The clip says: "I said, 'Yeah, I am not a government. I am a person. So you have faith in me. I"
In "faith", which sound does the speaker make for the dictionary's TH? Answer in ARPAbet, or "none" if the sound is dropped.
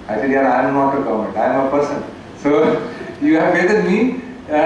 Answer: T